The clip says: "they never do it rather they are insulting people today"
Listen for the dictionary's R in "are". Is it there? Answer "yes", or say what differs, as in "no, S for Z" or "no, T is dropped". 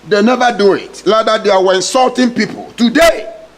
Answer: no, W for R